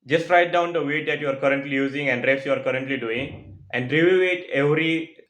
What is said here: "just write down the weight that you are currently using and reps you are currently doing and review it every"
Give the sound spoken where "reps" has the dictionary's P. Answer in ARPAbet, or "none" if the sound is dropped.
none